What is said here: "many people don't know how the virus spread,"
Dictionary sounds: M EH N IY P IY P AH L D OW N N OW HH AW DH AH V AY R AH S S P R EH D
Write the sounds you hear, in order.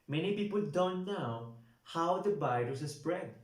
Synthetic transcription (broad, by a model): M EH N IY P IY P AH L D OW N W HH AW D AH B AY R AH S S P R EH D